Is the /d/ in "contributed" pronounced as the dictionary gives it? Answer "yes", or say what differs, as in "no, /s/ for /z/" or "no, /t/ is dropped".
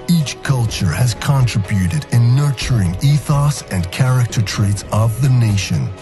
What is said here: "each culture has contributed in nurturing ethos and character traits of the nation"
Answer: yes